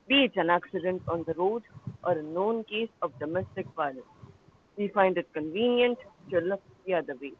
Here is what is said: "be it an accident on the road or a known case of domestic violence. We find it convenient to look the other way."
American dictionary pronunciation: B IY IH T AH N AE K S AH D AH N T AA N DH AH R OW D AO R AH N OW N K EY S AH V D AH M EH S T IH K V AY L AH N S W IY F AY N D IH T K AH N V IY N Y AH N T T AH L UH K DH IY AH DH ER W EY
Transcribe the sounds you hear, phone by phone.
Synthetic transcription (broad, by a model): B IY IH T AH N AE K S AH D AH N T AA N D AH R OW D AO R AH N OW N K EY S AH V D AH M EH S T IH K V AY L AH S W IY F AY N D IH T K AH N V IY N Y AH N T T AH L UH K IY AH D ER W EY